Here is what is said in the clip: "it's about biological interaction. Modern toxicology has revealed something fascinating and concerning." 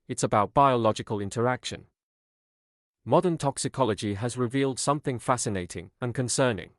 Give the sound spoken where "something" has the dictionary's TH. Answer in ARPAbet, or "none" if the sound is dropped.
TH